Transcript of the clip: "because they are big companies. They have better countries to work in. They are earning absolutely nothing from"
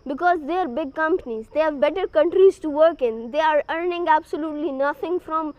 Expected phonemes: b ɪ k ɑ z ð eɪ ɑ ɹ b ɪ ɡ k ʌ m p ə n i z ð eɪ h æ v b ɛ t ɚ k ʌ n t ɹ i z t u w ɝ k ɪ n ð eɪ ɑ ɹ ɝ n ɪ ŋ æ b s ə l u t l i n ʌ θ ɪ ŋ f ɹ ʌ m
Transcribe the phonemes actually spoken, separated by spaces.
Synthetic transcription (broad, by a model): b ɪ k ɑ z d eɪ ɑ ɹ b ɪ ɡ k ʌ m p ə n i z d eɪ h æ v b ɛ t ɚ k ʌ n t ɹ i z t u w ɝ k ɪ n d eɪ ɑ ɹ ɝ n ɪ ŋ æ b s ə l u t l i n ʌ t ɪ ŋ f ɹ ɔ m